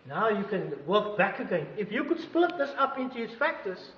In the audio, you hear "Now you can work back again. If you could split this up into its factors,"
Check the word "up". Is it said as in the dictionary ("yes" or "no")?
yes